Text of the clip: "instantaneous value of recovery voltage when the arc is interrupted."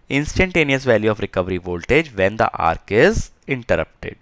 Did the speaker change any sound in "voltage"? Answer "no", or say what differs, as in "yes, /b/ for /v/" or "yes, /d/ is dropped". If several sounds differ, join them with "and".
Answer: no